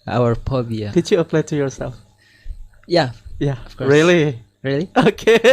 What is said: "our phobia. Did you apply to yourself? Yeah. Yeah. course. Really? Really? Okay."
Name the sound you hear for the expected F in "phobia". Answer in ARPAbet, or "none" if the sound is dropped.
P